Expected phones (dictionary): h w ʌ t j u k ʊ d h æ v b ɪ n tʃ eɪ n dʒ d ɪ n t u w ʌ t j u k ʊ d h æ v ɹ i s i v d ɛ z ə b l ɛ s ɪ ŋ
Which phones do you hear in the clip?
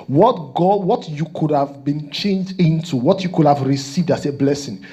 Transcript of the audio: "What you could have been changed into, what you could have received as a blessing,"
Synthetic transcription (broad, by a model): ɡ w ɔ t j u k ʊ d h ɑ v b ɪ n tʃ eɪ n dʒ d ɪ n t u w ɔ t j u k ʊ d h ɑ v ɹ i s i v d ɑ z ə b l ɛ s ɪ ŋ